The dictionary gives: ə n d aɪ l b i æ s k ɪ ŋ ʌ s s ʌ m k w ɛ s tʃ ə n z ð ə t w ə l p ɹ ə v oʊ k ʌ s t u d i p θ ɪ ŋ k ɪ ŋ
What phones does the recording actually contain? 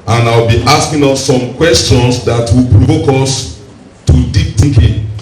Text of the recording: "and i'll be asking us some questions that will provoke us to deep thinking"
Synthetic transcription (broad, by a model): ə n aɪ w b i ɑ s k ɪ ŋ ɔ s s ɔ m k w ɛ s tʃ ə n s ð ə t w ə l p ɹ ə v oʊ k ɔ s t u d i p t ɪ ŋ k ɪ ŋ